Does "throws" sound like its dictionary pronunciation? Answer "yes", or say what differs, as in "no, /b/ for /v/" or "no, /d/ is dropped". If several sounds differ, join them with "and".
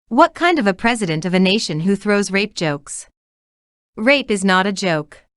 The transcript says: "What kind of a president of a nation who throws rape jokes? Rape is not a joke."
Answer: yes